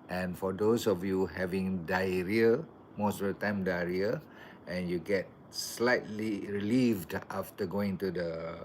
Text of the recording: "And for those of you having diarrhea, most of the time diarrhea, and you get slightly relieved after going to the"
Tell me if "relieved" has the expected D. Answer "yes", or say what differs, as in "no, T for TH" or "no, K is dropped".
yes